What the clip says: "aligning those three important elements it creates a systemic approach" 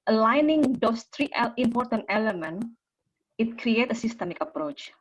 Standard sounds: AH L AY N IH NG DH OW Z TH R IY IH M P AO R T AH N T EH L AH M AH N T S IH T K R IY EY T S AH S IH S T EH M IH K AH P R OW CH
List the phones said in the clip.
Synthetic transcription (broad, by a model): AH L AY N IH NG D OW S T R IY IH M P AO R T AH N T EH L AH M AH N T IH T K R IY EY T AH S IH S T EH M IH K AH P R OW CH